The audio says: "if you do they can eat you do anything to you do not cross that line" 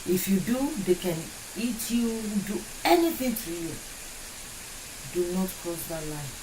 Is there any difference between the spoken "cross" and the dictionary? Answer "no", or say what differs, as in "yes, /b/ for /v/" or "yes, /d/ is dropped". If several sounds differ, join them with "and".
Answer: yes, /ɹ/ is dropped